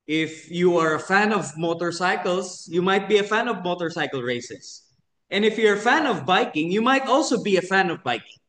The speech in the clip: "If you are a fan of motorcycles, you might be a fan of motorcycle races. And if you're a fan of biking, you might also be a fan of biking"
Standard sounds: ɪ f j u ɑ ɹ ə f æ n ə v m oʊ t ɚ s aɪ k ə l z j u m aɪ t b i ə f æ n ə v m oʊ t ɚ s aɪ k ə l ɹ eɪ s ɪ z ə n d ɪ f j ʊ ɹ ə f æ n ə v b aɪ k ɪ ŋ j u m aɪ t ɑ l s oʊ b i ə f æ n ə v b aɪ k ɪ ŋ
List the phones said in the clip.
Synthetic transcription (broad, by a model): ɪ f j u ɑ ɹ ə f æ n ə v m oʊ t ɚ s aɪ k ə l s j u m aɪ t b i ə f æ n ə v m oʊ t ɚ s aɪ k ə l ɹ eɪ s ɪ s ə n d ɪ f j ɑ ɹ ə f æ n ə v b aɪ k ɪ ŋ j u m aɪ t ɑ l s oʊ b i ə f æ n ə v b aɪ k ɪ ŋ